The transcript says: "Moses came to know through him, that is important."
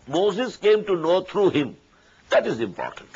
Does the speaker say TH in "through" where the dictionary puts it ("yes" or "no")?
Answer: no